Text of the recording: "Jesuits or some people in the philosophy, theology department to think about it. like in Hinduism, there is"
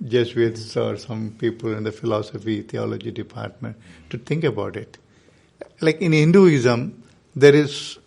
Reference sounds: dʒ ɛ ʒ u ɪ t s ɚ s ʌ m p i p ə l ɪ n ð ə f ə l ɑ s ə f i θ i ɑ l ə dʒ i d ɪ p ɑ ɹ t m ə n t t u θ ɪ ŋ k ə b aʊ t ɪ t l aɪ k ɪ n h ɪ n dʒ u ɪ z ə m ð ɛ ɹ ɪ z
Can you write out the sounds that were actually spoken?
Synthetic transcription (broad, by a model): dʒ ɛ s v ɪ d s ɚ s ʌ m p i p ə l ɪ n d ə f ə l ɑ s ə f i t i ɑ l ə dʒ i d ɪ p ɑ ɹ t m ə n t t u t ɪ ŋ k ə b aʊ t ɪ t l aɪ k ɪ n h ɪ n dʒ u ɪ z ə m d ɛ ɹ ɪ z